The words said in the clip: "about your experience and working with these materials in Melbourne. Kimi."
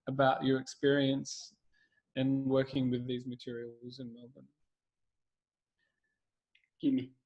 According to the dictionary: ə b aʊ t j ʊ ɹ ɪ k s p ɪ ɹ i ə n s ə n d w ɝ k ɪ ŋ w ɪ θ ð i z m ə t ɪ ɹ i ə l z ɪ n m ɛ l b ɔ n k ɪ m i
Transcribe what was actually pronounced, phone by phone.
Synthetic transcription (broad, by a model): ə b aʊ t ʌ ɹ ɪ k s p ɪ ɹ i ə n s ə n w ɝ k ɪ ŋ w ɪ ð i z m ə t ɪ ɹ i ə l z ɪ n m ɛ l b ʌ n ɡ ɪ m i